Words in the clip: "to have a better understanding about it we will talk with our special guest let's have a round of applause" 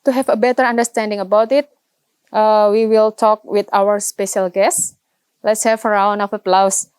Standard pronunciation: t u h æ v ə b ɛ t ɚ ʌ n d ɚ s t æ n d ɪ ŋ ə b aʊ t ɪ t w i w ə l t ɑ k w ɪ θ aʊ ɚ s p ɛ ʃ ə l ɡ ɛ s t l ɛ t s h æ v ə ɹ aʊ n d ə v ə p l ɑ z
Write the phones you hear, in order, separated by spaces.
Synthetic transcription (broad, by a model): t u h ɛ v ə b ɛ t ɚ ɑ n d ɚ s t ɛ n d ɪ ŋ ə b aʊ t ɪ t w i w ə l t ɑ k w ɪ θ aʊ ɚ s p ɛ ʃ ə l ɡ ɛ s t l ɛ t s h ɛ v ə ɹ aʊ n ə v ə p l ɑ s